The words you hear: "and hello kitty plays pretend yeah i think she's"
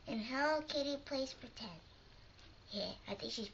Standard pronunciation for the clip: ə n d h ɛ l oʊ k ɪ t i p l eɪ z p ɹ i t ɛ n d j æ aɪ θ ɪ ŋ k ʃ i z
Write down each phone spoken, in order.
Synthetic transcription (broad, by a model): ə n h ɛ ʊ k ɪ t i p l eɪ s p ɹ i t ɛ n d j æ aɪ θ ɪ ŋ k ʃ i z